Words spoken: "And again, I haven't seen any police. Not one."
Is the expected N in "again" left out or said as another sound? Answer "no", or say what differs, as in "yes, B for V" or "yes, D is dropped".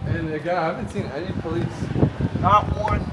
yes, N is dropped